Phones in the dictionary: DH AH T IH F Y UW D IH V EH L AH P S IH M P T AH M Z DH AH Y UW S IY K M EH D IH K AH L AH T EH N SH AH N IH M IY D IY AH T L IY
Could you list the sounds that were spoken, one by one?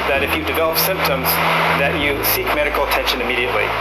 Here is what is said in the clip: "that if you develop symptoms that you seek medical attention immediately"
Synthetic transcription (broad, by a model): DH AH T IH F Y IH D IH V EH L AH P S IH M P T AH M Z DH AH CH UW S IY K M EH D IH K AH L AH T EH N SH AH N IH M IY D IY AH T L IY